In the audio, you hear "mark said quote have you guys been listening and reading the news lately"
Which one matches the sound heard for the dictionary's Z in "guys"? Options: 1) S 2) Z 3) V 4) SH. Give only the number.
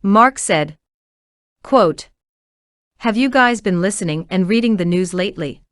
2